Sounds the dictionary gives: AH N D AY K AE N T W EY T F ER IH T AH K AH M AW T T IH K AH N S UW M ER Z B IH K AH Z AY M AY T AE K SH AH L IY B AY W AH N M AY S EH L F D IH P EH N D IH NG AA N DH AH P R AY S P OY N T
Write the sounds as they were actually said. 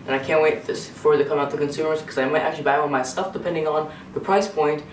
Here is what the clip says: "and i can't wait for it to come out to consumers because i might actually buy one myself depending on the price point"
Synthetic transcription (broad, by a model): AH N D AY K AE N T W EY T F ER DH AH K AH M AW T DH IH K AH N S UW M ER Z K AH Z AY M AY T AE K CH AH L IY B AY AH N M AY S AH F D IH P EH N D IH NG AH N DH AH P R AY S P OY N T